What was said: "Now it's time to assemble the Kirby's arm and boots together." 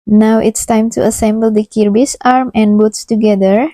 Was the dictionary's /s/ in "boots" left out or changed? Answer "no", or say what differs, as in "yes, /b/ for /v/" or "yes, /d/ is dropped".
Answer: no